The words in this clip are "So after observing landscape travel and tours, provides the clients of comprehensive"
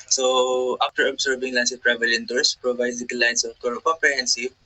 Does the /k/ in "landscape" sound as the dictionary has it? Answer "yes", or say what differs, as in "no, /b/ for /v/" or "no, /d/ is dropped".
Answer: no, /k/ is dropped